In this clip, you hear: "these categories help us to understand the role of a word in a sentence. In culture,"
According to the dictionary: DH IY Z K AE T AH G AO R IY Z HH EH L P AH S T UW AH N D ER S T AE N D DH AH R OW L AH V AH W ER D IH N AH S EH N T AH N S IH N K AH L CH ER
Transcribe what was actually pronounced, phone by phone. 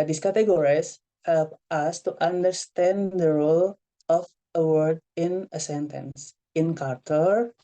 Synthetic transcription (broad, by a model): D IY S K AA T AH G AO R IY S HH EH L P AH S T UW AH N D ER S T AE N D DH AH R OW L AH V AH W ER D IH N AH S EH N T AH N S IH N K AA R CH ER